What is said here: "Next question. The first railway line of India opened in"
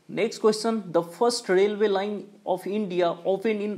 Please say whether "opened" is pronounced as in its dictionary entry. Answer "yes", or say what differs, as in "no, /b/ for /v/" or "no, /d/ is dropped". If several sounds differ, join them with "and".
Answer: no, /d/ is dropped